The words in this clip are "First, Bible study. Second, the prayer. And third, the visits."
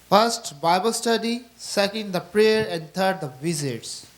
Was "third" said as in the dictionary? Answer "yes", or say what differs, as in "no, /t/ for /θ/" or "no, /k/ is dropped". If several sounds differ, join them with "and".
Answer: no, /t/ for /θ/